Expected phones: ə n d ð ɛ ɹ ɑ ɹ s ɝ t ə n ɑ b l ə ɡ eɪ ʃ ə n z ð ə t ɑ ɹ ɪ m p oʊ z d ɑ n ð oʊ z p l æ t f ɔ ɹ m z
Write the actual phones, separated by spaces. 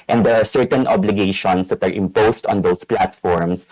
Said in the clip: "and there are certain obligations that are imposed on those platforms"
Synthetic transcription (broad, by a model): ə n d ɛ ɹ ɑ ɹ s ɝ t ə n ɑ b l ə ɡ eɪ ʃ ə n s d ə t ɑ ɹ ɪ m p oʊ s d ɑ n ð oʊ s p l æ t f ɔ ɹ m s